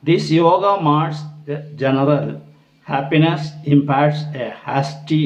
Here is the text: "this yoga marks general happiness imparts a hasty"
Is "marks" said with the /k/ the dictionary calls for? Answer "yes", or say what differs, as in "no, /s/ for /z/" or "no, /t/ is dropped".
no, /k/ is dropped